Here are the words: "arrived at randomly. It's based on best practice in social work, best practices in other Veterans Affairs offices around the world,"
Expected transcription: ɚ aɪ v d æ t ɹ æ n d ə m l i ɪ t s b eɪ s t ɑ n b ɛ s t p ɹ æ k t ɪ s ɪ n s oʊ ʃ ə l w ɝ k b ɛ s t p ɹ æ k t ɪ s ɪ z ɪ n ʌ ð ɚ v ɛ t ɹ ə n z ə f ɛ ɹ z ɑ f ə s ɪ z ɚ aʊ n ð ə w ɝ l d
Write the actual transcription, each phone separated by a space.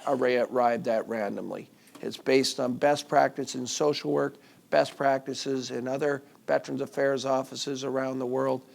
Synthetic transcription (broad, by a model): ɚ aɪ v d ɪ t ɹ æ n d ə m l i ɪ t s b eɪ s t n b ɛ s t p ɹ æ k t ɪ s ɪ n s oʊ ʃ l w ɝ k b ɛ s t p ɹ æ k t ɪ s ɪ z ɪ n ʌ ð ɚ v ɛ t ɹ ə n z ə f ɛ ɹ z ɑ f ə s ɪ z ɚ aʊ n ð ə w ɝ l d